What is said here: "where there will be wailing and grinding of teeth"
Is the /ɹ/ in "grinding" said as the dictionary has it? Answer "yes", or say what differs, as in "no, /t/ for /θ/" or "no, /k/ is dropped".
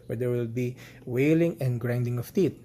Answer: yes